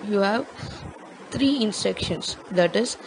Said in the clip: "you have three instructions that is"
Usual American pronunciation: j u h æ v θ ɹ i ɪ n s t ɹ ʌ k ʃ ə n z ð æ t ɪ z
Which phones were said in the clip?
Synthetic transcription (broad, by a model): j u h æ v t ɹ i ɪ n s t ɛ k ʃ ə n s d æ t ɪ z